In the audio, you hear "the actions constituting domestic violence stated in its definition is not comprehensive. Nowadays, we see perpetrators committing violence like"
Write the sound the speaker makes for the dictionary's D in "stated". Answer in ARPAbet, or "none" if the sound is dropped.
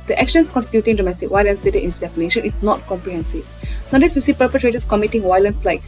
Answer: none